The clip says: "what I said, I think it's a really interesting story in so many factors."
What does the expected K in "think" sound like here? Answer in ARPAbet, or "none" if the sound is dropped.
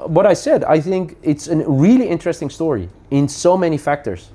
K